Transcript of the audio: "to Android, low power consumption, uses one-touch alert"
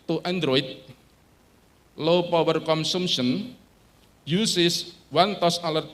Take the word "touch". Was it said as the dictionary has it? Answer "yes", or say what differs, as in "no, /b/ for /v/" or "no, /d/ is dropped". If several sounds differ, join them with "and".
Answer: no, /s/ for /tʃ/